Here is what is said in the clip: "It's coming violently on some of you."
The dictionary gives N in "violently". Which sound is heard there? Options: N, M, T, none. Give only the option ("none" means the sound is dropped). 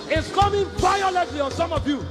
none